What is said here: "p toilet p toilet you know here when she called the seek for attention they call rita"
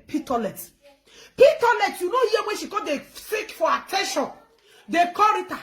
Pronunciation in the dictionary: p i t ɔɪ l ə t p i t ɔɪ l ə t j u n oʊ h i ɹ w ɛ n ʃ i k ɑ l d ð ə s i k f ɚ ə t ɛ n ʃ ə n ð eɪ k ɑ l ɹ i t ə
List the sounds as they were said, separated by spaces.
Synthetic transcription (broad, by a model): p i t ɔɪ l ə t p i t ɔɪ l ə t j u n oʊ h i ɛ w ɛ n ʃ i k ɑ d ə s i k f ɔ ə t ɛ n ʃ ə n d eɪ k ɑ ɹ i t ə